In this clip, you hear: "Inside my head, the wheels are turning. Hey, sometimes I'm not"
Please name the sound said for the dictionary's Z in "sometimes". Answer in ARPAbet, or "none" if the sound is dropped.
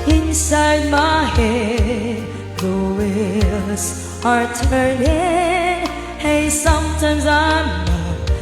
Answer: Z